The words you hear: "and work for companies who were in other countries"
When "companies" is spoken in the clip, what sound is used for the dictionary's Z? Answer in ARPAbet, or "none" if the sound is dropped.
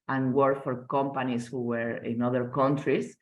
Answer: S